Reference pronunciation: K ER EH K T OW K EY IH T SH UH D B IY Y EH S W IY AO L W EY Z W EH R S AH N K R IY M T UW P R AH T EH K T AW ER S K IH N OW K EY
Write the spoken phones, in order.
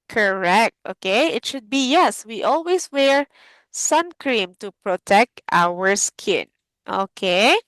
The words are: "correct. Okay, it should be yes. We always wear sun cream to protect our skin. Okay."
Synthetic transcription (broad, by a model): K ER EH K T OW K EY IH T SH UH D B IY Y EH S W IY AO L W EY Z W EH R S AH N K R IY M T UW P R AH T EH K T AW ER S K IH N OW K EY